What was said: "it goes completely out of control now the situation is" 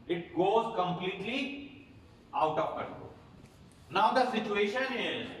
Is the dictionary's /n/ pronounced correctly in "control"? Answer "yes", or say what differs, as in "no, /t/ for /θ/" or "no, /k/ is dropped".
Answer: no, /n/ is dropped